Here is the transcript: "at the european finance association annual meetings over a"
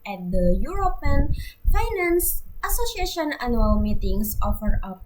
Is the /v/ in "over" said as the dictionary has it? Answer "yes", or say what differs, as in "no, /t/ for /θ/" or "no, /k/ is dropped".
no, /f/ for /v/